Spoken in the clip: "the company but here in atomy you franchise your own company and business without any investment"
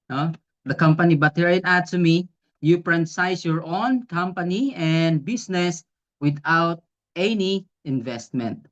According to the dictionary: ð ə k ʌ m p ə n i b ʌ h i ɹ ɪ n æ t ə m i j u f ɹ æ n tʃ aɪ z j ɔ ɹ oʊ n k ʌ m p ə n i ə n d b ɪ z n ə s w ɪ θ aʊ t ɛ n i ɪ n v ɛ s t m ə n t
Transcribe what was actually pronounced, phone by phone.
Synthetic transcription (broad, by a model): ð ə k ʌ m p ə n i b ʌ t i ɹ ɪ n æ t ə m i j u p ɹ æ n s aɪ s j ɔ ɹ oʊ n k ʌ m p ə n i ə n d b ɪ s n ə s w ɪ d aʊ t ɛ n i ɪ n v ɛ s t m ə n t